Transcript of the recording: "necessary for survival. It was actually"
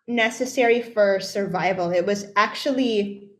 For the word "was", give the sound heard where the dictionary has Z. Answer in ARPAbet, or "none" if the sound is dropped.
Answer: Z